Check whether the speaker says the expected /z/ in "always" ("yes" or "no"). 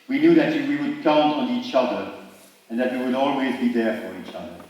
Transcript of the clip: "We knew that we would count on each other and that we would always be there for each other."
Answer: yes